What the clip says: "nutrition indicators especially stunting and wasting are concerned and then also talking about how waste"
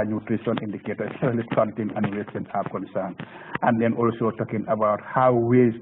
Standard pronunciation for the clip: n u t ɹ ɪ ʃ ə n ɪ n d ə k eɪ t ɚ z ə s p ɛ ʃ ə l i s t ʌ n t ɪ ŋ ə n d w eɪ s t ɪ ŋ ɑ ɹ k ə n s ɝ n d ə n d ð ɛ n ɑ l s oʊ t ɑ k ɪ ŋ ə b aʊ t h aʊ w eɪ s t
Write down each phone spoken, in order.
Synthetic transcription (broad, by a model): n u t ɹ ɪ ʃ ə n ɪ n d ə k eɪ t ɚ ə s ɛ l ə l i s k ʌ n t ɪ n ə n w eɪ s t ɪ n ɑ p k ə n s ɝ n ə n d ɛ n ɑ l s oʊ t ɑ k ɪ ŋ ə b aʊ t h aʊ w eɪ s